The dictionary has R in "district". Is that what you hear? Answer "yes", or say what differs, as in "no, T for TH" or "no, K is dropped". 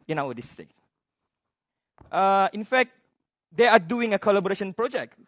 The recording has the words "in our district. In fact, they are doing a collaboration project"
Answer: no, R is dropped